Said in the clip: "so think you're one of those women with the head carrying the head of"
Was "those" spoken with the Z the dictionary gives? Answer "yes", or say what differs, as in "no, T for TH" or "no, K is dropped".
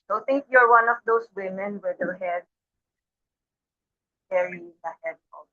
no, S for Z